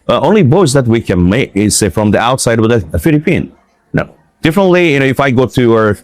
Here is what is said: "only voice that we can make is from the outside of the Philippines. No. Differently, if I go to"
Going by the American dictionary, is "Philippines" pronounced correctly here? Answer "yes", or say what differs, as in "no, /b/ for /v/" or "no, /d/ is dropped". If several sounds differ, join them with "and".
no, /z/ is dropped